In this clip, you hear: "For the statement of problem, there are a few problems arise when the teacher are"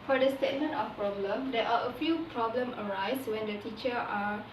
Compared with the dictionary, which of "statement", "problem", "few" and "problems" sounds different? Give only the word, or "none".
problems